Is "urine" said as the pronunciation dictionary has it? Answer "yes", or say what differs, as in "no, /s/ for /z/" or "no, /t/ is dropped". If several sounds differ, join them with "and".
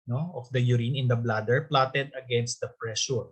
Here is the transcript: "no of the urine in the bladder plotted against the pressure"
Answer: yes